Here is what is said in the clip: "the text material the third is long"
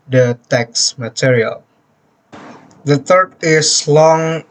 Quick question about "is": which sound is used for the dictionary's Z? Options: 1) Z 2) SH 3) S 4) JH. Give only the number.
3